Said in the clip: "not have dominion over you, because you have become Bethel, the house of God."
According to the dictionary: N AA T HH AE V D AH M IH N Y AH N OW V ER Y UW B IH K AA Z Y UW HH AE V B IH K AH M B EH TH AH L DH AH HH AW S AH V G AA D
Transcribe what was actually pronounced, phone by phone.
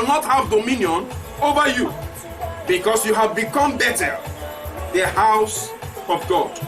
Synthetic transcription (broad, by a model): N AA T HH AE V D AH M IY N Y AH N OW V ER Y UW B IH K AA S Y UW HH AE V B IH K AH M B EH T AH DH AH HH AW S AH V G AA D